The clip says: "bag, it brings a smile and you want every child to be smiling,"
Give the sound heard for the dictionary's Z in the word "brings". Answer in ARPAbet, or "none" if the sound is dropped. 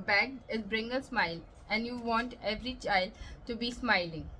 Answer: none